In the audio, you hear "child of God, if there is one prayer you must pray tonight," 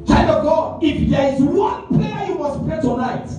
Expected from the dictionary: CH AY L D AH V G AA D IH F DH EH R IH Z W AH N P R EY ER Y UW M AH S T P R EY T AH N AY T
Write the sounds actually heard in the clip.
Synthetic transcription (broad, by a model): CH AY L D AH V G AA IH F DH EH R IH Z W AH N P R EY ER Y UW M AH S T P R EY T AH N AY T